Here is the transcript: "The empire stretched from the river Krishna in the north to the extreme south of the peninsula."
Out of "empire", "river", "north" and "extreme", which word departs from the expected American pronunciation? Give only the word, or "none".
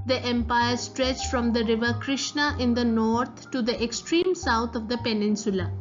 north